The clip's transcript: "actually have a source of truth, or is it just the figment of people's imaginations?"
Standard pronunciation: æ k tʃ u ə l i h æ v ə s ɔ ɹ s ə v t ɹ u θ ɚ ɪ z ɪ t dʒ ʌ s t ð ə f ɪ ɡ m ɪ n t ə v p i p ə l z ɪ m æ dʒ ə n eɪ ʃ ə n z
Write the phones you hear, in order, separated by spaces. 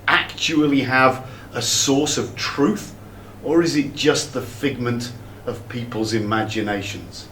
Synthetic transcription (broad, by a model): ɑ k tʃ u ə l i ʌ v ə s ɔ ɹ s ə v t ɹ u θ ɚ ɪ z ɪ t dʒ ʌ s ð ə f ɪ ɡ m ɪ n t ə v p i p ə l z ɪ m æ dʒ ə n eɪ ʃ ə n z